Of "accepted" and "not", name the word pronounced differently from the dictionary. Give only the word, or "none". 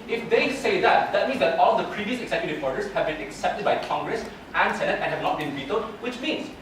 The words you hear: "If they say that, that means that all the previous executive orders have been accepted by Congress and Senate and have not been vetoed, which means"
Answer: none